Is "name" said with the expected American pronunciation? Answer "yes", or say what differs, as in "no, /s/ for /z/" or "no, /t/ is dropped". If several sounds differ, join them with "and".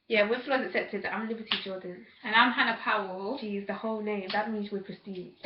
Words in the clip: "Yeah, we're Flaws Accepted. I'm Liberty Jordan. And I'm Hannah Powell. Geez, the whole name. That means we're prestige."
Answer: no, /l/ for /n/